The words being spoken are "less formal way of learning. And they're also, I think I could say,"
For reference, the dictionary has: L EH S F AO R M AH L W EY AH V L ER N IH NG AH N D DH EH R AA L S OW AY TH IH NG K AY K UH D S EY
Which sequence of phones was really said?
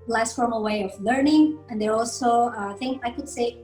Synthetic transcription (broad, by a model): L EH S F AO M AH W EY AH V L ER N IH NG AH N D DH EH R AA L S OW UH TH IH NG AY K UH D S EY